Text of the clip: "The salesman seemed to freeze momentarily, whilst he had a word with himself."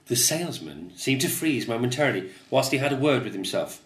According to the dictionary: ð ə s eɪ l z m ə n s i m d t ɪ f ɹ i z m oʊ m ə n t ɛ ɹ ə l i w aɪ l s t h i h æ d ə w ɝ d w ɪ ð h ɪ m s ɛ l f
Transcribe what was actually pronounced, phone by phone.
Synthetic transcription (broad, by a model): ð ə s eɪ l z m ə n s i m t ɪ f ɹ i z m oʊ m ə n t ɛ ɹ ə l i w aɪ l s t h i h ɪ d ə w ɝ d w ɪ ð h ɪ m s ɛ l f